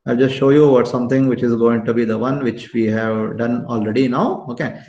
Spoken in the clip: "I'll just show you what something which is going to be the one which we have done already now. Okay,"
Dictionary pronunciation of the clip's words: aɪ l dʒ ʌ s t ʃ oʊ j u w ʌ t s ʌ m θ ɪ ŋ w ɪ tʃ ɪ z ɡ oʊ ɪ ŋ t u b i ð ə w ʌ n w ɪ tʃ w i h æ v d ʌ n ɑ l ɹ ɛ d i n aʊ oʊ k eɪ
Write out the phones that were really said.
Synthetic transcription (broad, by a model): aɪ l dʒ ʌ s t ʃ oʊ j u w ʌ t s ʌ m t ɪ ŋ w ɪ tʃ ɪ z ɡ oʊ ɪ ŋ t u b i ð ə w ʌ n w ɪ tʃ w i h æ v d ʌ n ɑ l ɹ ɛ d i n aʊ oʊ k eɪ